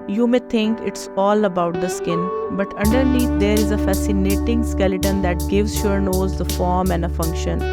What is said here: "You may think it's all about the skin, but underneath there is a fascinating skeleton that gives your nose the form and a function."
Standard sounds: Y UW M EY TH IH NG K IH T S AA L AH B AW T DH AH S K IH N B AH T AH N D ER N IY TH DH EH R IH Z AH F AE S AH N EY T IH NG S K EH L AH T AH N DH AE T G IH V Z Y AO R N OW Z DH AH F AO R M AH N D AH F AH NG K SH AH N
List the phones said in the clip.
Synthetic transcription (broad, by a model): Y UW M EY T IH NG K IH T S AA L AH B AW T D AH S K IH N B AH T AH N D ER N IY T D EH R IH Z AH F AE S AH N EY T IH NG S K EH L AH T AH N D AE T G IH V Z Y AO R N OW Z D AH F AO R M AH N D AH F AH NG K SH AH N